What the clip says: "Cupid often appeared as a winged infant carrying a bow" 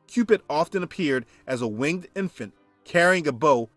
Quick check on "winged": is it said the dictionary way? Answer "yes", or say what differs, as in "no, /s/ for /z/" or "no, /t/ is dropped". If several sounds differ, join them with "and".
yes